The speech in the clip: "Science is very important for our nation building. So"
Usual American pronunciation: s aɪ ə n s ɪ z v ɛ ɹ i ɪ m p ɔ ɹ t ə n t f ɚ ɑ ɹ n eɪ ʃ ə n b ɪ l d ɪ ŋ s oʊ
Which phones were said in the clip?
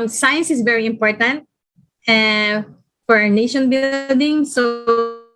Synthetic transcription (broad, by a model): s aɪ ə n s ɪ s v ɛ ɹ i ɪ m p ɔ ɹ t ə n t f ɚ ɑ ɹ n eɪ ʃ ə n b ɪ l d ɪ ŋ s oʊ